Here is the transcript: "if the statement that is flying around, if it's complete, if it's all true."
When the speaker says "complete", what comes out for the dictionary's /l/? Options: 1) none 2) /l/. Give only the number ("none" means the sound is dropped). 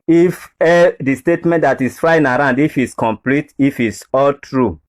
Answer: 2